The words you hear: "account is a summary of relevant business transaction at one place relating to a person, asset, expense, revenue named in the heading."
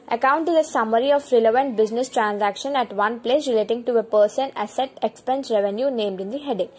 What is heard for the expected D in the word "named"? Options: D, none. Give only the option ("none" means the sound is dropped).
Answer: D